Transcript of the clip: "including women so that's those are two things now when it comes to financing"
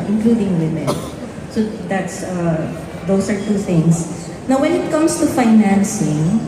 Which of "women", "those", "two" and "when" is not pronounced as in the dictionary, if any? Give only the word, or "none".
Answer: those